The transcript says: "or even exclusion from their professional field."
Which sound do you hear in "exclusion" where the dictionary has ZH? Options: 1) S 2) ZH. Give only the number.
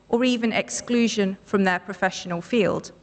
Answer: 2